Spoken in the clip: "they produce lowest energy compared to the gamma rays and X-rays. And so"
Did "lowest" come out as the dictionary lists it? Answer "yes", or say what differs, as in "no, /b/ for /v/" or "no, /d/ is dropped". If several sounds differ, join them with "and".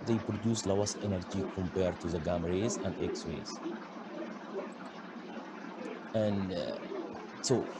no, /t/ is dropped